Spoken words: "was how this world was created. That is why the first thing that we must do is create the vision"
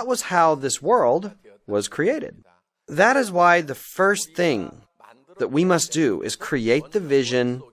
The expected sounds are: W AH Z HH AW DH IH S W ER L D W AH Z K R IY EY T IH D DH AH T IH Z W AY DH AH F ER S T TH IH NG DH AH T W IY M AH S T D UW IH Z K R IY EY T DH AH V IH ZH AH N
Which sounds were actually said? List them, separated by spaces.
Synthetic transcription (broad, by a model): W AH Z HH AW DH IH S W ER L D W AH Z K R IY EY T IH D DH AH T IH Z W AY DH AH F ER S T TH IH NG DH AH T W IY M AH S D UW IH Z K R IY EY T DH AH V IH ZH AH N